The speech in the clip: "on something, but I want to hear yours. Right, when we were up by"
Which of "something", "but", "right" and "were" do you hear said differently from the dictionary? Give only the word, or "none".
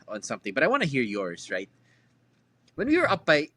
none